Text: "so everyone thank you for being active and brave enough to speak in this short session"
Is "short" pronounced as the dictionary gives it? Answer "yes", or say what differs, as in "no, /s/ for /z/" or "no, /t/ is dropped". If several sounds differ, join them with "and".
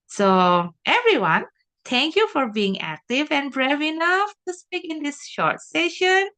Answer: yes